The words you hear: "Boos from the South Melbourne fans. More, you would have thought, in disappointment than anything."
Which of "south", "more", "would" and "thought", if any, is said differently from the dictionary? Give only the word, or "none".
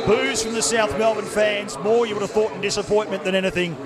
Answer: none